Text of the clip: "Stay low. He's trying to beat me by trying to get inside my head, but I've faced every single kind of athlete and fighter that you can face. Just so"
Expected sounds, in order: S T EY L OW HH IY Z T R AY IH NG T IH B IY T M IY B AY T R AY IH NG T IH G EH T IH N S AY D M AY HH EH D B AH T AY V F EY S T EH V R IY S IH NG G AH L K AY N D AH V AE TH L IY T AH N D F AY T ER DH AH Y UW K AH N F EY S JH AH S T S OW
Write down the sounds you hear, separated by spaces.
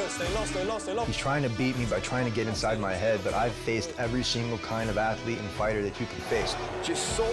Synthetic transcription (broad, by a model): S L HH IY Z T R AY IH NG T IH B IY T M IY B AY T R AY IH NG T IH G EH T IH N S AY D M AY HH EH D B AH T AY V F EY S T EH V R IY S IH NG G L K AY N D AH V AE TH L IY T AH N F AY T ER DH AH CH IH K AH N F EY S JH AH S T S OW